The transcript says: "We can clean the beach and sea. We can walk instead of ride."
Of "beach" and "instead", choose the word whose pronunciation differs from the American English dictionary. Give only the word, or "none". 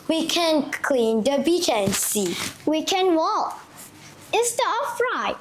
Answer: instead